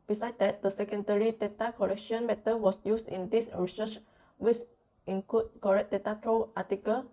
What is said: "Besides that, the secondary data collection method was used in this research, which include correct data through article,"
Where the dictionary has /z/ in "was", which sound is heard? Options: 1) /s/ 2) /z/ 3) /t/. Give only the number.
1